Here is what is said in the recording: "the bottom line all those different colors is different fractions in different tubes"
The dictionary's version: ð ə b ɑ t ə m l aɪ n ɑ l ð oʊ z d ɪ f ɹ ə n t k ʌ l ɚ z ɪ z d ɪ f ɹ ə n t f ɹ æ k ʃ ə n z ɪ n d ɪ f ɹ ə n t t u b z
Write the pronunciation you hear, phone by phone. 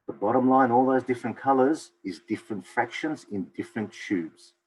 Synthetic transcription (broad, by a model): ð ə b ɑ t ə m l aɪ n ɑ l ð oʊ z d ɪ f ɹ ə n k ʌ l ɚ z ɪ z d ɪ f ɹ ə n t f ɹ æ k ʃ ə n z ɪ n d ɪ f ɹ ə n t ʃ u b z